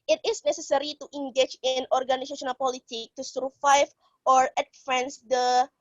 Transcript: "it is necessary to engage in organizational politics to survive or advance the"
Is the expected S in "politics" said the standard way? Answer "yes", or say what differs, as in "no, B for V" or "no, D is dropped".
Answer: no, S is dropped